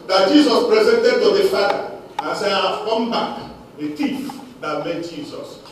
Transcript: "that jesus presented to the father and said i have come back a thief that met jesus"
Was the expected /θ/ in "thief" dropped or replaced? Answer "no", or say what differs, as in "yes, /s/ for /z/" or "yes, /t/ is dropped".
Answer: yes, /t/ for /θ/